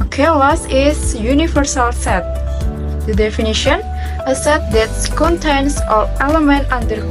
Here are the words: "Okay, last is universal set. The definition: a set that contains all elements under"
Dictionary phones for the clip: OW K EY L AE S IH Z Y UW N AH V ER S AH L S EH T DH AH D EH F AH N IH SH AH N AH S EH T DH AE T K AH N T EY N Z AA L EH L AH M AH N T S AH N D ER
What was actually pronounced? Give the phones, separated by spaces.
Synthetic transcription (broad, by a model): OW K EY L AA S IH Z Y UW N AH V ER S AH L S EH T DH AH D EH F AH N IH SH AH N AH S EH T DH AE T K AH N T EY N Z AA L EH L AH M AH N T AH N D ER